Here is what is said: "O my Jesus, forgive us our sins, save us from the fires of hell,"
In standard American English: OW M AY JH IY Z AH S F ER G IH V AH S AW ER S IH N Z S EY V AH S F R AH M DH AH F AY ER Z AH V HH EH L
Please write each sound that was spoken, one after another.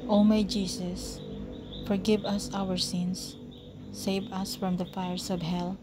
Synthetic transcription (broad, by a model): OW M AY JH IY S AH S F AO G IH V AH S AW ER S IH N S EY V AH S F R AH M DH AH F AY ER S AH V HH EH L